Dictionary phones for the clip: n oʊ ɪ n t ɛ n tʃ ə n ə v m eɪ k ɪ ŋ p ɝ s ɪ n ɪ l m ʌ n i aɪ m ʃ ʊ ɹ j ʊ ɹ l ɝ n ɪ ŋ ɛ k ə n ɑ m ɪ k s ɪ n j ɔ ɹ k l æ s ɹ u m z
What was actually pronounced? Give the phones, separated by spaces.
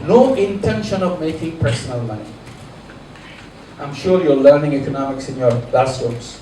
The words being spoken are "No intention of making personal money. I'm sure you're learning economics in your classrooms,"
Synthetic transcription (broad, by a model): n oʊ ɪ n t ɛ n ʃ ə n ə v m eɪ k ɪ ŋ p ɝ s ɪ n ɪ l m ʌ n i aɪ m ʃ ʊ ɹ j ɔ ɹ l ɝ n ɪ ŋ ɛ k ə n ɑ m ɪ k s ɪ n j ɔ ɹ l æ s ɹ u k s